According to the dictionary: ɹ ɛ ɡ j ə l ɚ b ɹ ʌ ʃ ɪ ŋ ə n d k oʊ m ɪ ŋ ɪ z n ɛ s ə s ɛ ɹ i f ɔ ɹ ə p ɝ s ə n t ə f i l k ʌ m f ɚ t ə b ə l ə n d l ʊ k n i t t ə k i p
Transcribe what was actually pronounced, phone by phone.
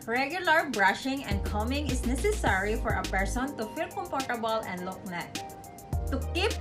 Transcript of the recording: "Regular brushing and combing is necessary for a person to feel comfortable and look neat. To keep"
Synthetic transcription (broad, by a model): ɹ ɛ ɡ j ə l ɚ b ɹ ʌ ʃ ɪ ŋ ə n d k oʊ m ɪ ŋ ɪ s n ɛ s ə s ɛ ɹ i f ɔ ɹ ə p ɝ s ə n t ə f i l k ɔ m p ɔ t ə b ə l ə n d l ʊ k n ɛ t t ə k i p